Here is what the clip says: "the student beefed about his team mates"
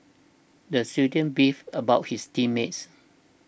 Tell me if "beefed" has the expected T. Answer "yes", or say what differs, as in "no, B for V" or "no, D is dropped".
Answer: no, T is dropped